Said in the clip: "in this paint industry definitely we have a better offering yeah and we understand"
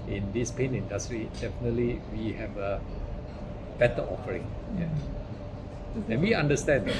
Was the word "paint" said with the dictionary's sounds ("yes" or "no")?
no